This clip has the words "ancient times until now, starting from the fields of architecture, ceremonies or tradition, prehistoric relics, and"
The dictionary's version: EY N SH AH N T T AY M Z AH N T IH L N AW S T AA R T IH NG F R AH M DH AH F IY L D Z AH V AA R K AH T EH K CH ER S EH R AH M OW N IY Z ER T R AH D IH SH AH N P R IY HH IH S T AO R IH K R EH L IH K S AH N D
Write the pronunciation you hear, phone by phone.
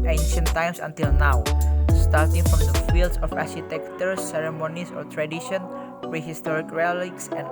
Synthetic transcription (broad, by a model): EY N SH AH N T T AY M S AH N T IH L N AW S T AA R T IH NG F R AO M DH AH F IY L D S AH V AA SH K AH T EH K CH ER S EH R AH M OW N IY S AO T R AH D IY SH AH N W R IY HH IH S T AO R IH K R EH L IH K S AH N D